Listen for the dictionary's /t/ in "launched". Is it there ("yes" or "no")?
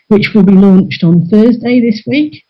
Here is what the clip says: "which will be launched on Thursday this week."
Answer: yes